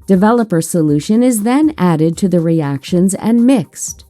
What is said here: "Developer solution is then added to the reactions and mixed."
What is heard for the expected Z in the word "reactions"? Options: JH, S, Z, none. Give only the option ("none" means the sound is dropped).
Z